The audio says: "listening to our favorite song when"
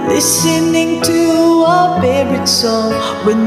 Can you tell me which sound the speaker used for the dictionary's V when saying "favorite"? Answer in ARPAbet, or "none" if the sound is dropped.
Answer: none